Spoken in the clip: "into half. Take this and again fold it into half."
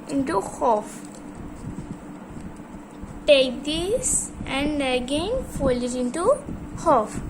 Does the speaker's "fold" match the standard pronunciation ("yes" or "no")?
no